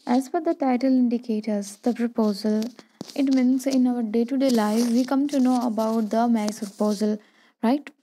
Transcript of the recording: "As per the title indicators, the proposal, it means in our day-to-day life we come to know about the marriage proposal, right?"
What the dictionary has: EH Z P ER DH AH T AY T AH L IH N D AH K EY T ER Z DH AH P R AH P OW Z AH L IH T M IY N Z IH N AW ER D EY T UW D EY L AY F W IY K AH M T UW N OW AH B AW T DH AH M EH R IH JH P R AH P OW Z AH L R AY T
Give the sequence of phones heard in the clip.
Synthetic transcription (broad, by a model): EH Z F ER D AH T AY T AH L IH N D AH K EY T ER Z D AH P R AH P OW Z AH L IH T M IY N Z IH N AW ER D EY T UW D EY L AY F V IY K AH M T UW N OW AH B AW T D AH M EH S P R AH P OW Z AH L R AY T